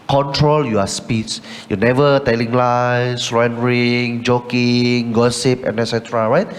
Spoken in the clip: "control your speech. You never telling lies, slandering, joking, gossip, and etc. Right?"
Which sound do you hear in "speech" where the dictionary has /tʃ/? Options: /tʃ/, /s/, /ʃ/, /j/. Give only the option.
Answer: /s/